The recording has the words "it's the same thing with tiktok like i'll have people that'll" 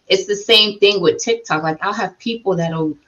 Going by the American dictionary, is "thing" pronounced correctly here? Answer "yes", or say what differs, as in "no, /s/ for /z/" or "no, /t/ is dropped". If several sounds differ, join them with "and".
yes